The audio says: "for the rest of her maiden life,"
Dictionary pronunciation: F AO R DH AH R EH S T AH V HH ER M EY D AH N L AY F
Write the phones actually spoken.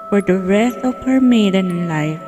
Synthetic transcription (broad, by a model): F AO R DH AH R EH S AH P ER M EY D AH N L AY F